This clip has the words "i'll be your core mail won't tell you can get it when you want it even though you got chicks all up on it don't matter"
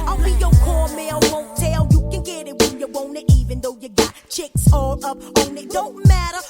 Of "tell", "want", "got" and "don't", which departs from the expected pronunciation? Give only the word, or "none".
want